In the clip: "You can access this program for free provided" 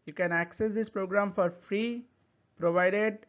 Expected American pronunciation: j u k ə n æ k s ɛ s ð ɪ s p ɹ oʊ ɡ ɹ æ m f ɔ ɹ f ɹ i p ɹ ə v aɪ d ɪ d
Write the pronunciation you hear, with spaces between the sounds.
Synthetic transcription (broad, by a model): j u k ə n æ k s ɛ s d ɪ s p ɹ oʊ ɡ ɹ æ m f ɔ ɹ f ɹ i p ɹ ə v aɪ d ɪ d